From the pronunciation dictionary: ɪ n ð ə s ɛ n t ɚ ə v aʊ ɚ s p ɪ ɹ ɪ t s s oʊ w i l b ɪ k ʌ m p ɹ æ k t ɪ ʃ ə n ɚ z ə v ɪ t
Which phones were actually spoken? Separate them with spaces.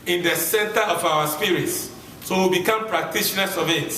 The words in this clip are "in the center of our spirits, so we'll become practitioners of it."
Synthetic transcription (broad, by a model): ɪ n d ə s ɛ n t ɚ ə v aʊ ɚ s p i ɹ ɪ t s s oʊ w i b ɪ k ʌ m p ɹ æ k t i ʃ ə n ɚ s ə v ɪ t